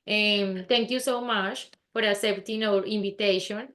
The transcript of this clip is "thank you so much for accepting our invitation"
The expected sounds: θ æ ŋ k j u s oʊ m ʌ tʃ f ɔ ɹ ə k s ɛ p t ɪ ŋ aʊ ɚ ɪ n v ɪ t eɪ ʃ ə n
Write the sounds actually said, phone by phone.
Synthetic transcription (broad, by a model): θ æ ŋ k j u s oʊ m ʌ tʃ f ɔ ɹ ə s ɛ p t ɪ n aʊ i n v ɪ t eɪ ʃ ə n